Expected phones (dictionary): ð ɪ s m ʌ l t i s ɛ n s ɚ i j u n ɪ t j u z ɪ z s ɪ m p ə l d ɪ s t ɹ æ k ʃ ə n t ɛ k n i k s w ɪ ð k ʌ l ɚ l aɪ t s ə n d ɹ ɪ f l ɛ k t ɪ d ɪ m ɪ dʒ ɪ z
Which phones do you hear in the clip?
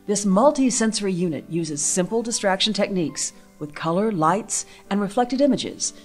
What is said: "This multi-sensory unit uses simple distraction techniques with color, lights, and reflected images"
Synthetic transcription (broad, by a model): ð ɪ s m ʌ l t i s ɛ n s ɚ i j u n ɪ t j u z ɪ z s ɪ m p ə l d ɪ s t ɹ æ k ʃ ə n t ɛ k n i k s w ɪ ð k ʌ l ɚ l aɪ t s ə n ɹ ɪ f l ɛ k t ɪ d ɪ m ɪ dʒ ɪ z